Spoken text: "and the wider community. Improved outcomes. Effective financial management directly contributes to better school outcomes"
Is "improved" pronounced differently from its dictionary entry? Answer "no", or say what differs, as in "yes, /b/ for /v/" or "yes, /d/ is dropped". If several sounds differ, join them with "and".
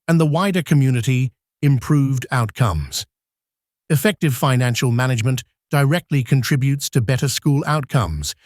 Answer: no